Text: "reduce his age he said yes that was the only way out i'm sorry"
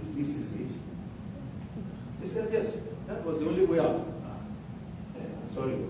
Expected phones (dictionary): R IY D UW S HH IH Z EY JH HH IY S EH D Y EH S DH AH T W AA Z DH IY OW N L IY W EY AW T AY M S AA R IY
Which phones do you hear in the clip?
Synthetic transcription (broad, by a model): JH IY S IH S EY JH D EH S EH D Y EH S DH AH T W AA Z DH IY OW N L IY W EY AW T AY M S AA R IY